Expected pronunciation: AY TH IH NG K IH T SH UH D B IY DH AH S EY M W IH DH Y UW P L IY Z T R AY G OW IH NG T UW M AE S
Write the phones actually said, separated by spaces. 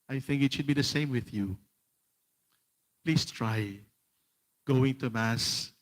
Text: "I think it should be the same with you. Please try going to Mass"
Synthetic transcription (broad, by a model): AY TH IH NG K IH T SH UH D B IY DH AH S EY M W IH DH Y UW P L IY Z T R AY G OW IH NG T UW M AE S